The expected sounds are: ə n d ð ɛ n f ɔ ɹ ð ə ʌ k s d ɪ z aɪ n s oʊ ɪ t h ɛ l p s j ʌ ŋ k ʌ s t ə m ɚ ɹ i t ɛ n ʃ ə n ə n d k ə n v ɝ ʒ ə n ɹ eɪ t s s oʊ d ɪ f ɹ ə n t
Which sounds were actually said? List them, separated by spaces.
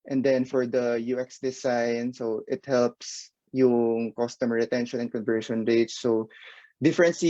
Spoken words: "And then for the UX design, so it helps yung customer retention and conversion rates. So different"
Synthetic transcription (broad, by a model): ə n d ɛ n f ɔ ɹ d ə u k s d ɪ s aɪ n s oʊ ɪ t h ɛ l p s j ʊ ŋ k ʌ s t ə m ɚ ɹ i t ɛ n ʃ ə n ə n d k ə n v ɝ ʃ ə n ɹ eɪ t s s oʊ d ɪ f ɹ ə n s